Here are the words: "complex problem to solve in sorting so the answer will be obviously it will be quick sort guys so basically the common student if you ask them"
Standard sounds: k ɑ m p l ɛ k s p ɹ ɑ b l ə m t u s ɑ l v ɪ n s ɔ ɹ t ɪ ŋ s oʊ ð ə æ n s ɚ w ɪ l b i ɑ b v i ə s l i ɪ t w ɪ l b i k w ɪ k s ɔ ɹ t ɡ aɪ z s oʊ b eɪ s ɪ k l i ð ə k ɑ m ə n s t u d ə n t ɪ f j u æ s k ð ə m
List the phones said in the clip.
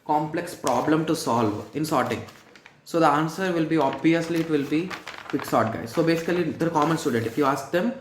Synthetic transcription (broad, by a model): k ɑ m p l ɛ k s p ɹ ɑ b l ə m t u s ɑ l v ɪ n s ɔ ɹ t ɪ ŋ s oʊ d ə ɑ n s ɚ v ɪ l b i ɑ b v i ə s l i ɪ t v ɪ l b i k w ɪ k s ɔ ɹ t ɡ aɪ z s oʊ b eɪ s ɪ k l i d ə k ɑ m ə n s t u d ə n t ɪ f j u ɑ s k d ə m